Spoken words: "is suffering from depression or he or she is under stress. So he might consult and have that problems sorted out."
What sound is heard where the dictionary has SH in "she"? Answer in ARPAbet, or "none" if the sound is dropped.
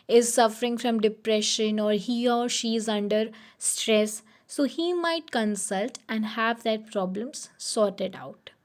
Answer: SH